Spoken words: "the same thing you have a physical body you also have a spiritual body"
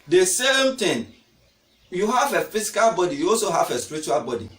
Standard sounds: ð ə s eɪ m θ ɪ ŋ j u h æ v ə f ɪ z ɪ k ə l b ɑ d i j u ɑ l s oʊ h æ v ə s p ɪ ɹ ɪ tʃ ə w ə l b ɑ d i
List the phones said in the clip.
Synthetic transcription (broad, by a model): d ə s eɪ m t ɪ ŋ j u h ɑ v ə f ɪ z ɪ k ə l b ɑ d i j u ɑ l s oʊ h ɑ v ə s p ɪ ɹ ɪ tʃ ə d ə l b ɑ d i